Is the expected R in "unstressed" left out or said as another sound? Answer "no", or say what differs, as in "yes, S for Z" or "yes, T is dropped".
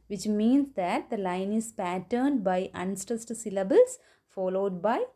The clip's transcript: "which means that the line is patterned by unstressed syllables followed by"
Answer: yes, R is dropped